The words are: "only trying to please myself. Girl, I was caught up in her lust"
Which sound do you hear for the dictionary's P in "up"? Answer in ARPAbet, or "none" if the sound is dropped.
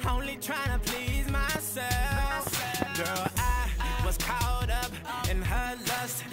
P